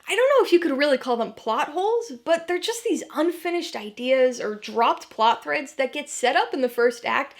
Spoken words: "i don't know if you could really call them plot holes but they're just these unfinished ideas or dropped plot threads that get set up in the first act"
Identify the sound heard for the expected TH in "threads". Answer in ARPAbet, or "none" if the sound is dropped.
TH